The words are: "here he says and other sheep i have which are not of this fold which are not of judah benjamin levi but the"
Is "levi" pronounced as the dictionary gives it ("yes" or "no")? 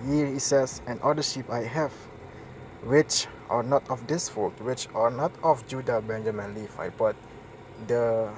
no